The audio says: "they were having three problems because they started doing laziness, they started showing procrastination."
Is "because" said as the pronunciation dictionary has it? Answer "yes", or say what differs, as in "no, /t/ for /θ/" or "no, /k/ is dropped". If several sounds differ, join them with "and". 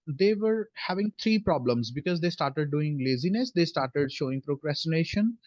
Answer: yes